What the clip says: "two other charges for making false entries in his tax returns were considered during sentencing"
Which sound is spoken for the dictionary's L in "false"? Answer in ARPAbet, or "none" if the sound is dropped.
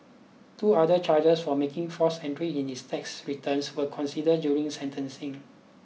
none